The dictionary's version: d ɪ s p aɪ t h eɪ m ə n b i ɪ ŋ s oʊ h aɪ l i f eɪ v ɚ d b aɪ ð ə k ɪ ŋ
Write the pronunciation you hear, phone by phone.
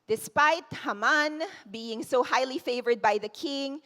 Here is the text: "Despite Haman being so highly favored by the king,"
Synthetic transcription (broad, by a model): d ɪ s p aɪ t h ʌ m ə n b i ɪ ŋ s oʊ h aɪ l i f eɪ v ɚ d b aɪ ð ə k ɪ ŋ